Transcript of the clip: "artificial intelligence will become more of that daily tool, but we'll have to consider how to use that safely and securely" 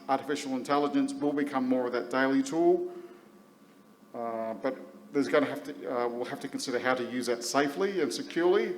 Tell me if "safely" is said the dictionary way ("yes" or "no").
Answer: yes